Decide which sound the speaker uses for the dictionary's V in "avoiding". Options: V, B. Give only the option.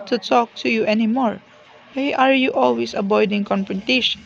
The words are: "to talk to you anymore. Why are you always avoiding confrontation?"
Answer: B